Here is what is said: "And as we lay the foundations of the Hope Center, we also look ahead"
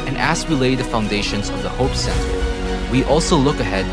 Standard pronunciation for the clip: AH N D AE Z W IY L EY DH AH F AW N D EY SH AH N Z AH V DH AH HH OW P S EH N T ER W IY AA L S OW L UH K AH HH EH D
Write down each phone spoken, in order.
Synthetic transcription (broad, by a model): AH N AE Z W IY L EY DH AH F AW N D EY SH AH N Z AH V DH AH HH OW P S EH N T ER W IY AA L S OW L UH K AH HH EH D